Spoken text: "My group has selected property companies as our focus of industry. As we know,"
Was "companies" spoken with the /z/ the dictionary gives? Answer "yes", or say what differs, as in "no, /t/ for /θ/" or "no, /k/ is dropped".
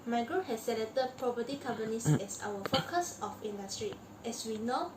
no, /s/ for /z/